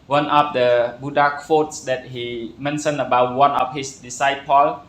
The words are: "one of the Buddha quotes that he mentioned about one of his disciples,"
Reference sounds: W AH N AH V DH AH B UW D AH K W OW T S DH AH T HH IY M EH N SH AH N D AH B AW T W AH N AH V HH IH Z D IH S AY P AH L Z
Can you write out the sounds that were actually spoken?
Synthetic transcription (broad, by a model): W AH N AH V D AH B UW D AH K W OW T S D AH T HH IY M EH N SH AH N AH B AW T W AH N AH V HH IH S D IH S AY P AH L